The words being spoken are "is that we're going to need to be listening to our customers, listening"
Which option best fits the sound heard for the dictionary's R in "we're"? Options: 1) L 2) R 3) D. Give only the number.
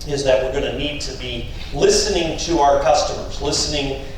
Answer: 2